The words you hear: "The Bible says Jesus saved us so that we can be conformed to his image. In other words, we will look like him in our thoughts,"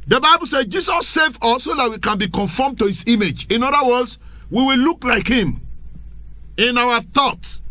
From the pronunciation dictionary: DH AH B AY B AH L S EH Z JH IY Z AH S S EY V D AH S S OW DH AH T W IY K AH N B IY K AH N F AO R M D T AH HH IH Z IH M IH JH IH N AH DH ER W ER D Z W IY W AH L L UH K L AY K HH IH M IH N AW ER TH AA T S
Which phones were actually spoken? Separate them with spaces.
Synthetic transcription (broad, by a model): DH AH B AY B AH L S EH JH IY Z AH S S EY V AO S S OW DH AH T W IY K AH N B IY K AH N F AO M T AH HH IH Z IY M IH JH IH N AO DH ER W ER D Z W IY W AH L L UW K L AY K HH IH M IH N AW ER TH AA T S